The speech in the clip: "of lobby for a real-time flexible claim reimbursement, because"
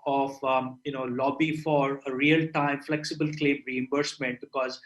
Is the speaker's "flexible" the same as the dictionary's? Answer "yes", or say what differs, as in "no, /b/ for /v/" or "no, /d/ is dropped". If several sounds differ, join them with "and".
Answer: yes